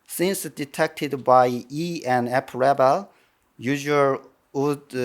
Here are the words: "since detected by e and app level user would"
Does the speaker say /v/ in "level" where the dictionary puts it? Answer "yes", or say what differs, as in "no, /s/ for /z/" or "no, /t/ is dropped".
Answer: no, /b/ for /v/